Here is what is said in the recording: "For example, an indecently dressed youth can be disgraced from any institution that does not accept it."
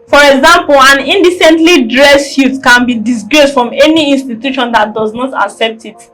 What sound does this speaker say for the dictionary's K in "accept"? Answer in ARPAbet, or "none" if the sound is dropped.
K